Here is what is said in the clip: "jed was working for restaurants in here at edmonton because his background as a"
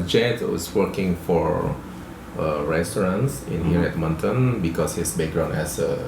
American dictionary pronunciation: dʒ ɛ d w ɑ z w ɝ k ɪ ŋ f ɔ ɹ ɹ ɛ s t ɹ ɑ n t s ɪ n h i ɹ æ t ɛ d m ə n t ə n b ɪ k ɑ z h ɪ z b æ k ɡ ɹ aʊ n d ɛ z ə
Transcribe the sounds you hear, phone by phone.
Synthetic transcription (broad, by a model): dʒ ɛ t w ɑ s w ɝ k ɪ ŋ f ɔ ɹ ɹ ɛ s t ɹ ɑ n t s ɪ n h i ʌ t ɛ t m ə n t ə n b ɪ k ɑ s h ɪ s b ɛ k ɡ ɹ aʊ n ɛ s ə